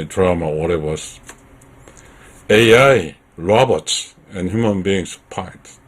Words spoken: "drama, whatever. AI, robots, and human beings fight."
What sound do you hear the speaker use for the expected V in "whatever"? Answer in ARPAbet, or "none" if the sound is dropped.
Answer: W